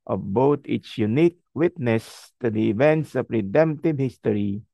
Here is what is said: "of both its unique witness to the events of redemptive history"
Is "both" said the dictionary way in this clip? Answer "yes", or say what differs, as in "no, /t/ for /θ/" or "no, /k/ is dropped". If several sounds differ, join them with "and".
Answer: no, /t/ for /θ/